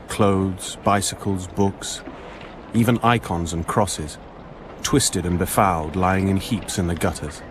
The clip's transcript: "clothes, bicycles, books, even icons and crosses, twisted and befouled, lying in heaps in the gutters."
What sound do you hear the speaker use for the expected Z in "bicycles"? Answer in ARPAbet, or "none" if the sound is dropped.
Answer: Z